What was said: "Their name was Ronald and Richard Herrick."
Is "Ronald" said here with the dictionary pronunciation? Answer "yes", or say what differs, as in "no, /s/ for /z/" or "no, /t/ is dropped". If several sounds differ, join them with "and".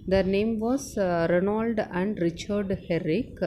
yes